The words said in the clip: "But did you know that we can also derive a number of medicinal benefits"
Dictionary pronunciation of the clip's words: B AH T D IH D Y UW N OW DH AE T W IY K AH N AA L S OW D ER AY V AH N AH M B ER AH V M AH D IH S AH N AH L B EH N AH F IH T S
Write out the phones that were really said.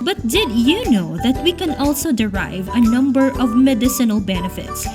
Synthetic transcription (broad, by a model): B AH T D IH D Y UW N OW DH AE T W IY K AH N AA L S OW D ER AY V AH N AH M B ER AH V M AH D IH S AH N AH L B EH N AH F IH T S